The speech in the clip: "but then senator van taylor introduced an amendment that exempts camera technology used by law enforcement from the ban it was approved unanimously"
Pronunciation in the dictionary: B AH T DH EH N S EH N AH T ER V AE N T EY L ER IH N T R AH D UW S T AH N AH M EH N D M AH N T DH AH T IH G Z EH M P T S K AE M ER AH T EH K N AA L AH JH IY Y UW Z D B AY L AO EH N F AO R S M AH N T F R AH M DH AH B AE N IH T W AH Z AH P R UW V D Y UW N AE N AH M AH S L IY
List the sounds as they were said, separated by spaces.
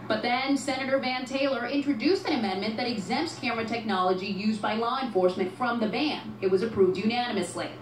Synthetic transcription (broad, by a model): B AH T DH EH N S EH N AH T ER V AE N T EY L ER IH N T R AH D UW S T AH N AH M EH N M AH N DH AH T IH G Z EH M P T S K AE M ER AH T EH K N AA L AH JH IY Y UW Z B AY L AO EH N F AO R S M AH N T F R AH M DH AH B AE N IH T W AH Z AH P R UW V D Y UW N AE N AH M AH S L IY